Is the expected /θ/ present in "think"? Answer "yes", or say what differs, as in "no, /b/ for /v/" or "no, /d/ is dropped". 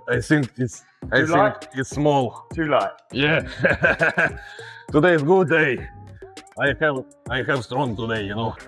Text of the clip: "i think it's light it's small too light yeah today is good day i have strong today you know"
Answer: no, /s/ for /θ/